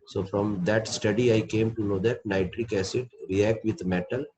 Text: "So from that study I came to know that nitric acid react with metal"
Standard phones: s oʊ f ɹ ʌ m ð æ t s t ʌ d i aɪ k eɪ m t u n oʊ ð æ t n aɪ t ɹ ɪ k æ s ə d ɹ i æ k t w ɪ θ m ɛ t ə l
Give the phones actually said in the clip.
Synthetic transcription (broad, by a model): s oʊ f ɹ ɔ m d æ t s t ʌ d i aɪ k eɪ m t u n oʊ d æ t n aɪ t ɹ ɪ k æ s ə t ɹ i æ k t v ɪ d m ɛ t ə l